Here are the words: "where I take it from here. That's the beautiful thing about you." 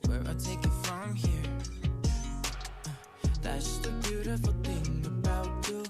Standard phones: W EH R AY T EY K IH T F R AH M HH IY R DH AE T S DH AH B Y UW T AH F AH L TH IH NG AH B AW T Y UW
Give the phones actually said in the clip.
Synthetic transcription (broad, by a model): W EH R AY T EY K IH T F R AH M HH IY R DH AE T S DH AH B Y UW T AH F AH L TH IH NG AH B AW T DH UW